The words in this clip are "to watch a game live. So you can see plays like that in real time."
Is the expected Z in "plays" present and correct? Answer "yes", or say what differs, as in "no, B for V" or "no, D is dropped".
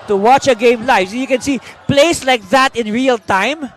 no, S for Z